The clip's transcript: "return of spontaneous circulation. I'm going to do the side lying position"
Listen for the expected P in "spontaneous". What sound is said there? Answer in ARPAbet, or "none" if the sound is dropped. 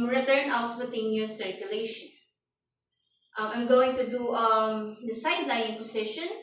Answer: B